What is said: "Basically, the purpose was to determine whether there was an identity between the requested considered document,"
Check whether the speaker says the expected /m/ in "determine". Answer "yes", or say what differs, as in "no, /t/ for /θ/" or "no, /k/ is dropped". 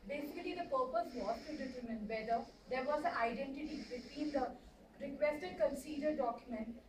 yes